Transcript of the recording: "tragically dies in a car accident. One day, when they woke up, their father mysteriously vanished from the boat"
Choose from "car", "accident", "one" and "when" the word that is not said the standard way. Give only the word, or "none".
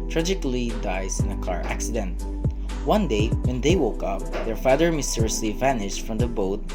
none